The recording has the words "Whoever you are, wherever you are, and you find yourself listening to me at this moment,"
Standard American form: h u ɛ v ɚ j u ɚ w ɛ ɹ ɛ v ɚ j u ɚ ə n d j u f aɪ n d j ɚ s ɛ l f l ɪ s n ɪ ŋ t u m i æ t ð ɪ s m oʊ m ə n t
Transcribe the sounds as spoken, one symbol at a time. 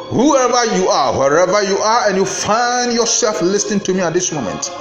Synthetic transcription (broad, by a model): h u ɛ v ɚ j u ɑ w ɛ ɹ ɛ v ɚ j u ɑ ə n j u f aɪ n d j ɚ s ɛ l f l ɪ s n ɪ ŋ t u m i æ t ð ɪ s m oʊ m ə n t